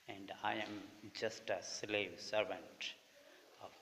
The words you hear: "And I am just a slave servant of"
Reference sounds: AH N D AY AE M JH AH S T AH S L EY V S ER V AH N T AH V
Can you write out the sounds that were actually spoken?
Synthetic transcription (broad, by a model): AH N D AY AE M JH AH S T AH S L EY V S ER V AH N T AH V